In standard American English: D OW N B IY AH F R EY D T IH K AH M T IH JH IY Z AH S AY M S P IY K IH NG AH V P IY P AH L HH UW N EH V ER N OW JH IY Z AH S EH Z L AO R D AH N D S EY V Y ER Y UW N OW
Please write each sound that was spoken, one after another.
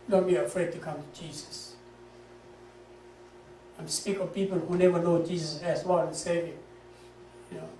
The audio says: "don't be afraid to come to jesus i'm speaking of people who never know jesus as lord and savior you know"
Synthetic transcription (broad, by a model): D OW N B IY AH F R EY D T IH K AH M T IH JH IY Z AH S AY M S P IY K AH V P IY P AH L HH UW N EH V ER N OW JH IY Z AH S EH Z W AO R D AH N S EY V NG Y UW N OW